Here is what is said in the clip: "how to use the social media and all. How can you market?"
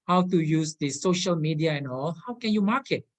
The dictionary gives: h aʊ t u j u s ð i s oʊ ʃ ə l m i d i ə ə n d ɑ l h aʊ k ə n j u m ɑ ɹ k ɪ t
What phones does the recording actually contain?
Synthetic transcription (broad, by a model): h aʊ t u j u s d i s oʊ ʃ ə l m i d i ə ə n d ɑ l h aʊ k ə n j u m ɑ k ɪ t